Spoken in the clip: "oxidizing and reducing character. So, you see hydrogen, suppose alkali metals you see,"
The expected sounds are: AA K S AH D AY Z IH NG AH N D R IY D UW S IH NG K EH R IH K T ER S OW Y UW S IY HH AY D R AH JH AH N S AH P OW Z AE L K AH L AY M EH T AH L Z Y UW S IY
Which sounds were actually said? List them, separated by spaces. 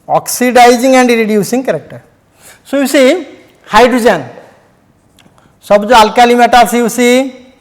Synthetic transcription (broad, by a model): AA K S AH D AY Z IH NG AH N D R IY D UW S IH NG K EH R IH K T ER S OW Y UW S IY HH AY D R AH JH AH N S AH B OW AA L K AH L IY M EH T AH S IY Y UW S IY